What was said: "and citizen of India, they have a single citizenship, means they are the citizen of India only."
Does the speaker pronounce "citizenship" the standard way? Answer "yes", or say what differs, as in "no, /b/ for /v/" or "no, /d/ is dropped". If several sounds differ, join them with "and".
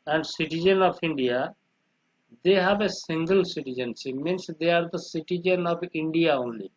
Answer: no, /s/ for /ʃ/